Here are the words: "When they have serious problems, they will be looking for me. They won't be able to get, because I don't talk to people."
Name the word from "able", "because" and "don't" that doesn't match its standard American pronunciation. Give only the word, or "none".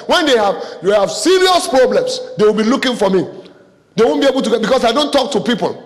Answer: because